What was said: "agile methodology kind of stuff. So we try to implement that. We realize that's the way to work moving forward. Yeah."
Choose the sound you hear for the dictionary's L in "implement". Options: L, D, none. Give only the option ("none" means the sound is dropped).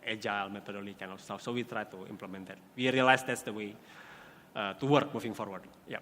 L